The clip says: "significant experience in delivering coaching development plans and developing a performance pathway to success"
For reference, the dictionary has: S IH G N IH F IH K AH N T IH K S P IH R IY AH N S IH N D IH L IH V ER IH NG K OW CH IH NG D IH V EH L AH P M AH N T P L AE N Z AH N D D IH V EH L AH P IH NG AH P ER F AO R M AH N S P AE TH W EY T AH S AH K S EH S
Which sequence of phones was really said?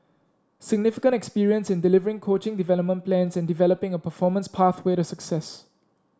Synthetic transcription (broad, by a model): S IH G N IH F IH K AH N T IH K S P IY R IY AH N S IH N D IH L IH V ER IH NG K OW CH IH NG D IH V EH L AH P M AH N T P L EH N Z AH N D D IH V EH L AH P IH NG AH P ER F AO M AH N S P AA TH W EY T AH S AH K S EH S